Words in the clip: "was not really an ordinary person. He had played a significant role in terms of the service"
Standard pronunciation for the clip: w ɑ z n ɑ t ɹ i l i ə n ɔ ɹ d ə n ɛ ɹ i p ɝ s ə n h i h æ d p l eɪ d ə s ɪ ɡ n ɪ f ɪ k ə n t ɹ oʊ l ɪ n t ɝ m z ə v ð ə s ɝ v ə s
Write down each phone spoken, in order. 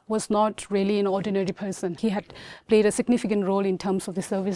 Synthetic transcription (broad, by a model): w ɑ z n ɑ t ɹ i l i ə n ɔ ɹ d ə n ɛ ɹ i p ɝ s ə n h i h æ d p l eɪ d ə s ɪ ɡ n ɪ f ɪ k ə n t ɹ oʊ l ɪ n t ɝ m s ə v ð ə s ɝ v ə